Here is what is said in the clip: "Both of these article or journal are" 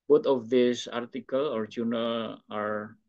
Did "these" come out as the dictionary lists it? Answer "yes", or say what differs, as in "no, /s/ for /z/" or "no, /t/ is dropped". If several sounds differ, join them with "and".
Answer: no, /s/ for /z/